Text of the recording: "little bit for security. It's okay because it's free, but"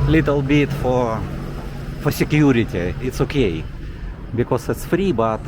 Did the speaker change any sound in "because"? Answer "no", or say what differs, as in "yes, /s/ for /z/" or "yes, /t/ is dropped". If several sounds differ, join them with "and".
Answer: yes, /s/ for /z/